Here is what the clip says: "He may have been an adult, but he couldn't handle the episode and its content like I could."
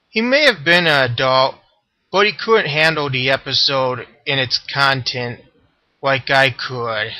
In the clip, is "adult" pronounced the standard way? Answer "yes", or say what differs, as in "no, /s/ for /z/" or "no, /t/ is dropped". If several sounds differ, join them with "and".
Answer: yes